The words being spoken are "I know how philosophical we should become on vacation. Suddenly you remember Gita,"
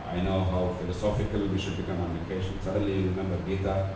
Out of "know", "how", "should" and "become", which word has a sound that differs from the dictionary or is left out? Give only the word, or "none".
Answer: none